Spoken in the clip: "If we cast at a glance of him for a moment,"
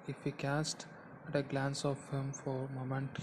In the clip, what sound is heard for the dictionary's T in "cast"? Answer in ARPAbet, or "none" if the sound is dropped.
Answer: T